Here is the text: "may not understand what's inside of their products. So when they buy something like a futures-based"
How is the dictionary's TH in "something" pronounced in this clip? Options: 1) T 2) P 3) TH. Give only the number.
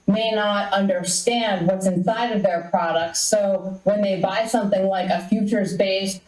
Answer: 3